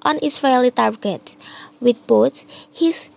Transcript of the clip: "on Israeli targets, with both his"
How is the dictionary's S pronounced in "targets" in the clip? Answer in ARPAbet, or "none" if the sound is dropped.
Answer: none